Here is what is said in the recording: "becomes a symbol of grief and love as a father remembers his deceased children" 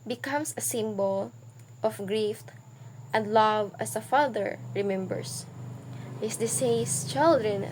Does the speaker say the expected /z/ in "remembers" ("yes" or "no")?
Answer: no